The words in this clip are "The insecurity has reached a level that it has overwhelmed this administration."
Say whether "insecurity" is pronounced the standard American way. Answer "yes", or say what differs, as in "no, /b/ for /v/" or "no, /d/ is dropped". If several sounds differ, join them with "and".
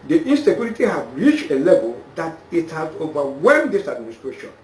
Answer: no, /l/ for /ɹ/